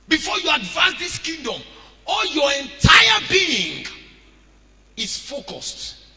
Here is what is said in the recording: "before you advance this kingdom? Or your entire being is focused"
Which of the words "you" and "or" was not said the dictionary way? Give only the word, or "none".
or